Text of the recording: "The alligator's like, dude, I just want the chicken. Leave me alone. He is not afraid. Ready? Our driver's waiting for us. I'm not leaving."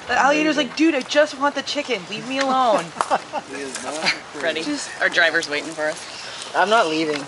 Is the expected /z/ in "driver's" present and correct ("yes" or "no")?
yes